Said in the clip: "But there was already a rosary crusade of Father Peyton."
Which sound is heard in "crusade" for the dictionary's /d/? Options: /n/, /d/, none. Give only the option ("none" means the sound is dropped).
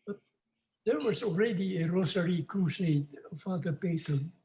none